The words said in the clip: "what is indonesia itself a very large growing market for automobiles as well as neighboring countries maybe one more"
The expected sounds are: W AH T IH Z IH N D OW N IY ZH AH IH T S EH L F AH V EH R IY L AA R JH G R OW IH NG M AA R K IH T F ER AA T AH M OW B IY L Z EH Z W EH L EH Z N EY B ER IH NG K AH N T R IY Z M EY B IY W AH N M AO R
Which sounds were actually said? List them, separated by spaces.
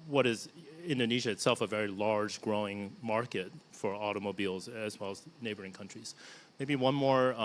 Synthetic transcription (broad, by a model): W AH T IH Z IH N D OW N IY ZH AH IH T S EH L F AH V EH R IY L AA R JH G R OW IH NG M AA R K IH T F ER AA T AH M OW B IY L Z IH Z W EH L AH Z N EY B ER IH NG K AH N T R IY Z M EY B IY W AH N M AO R